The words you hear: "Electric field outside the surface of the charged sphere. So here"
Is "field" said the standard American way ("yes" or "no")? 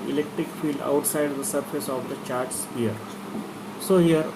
yes